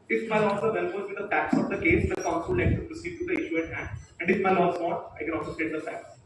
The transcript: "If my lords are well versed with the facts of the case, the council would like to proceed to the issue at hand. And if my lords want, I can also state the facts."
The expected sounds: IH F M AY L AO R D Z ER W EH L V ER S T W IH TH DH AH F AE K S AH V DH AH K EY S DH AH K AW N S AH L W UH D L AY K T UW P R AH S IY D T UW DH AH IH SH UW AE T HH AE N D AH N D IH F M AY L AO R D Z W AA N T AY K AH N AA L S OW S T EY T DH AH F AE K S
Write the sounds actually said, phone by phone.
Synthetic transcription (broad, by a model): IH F M AY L AO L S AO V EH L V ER T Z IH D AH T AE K S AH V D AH K EY S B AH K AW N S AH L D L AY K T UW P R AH S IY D T UW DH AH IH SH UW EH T HH AE N D AH N D IH F M AY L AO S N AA T AY K AH N AA L S OW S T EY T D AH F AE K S